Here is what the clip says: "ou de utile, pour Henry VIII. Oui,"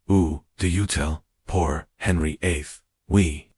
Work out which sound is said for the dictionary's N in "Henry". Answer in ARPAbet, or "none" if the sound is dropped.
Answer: N